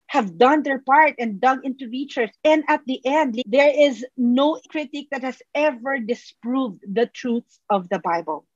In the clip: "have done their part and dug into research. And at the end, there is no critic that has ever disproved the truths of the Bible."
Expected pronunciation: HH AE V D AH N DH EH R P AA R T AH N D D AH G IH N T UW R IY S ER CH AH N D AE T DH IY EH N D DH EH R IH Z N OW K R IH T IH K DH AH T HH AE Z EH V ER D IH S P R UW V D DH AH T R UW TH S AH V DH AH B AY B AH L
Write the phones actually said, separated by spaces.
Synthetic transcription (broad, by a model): HH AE V D AH N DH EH R P AA R T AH N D D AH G IH N T UW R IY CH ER S AH N D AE T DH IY EH N D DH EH R IH Z N OW K R IH T IH K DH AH T HH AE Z EH V ER D IH S P R UW V D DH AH T R UW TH S AH V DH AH B AY B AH L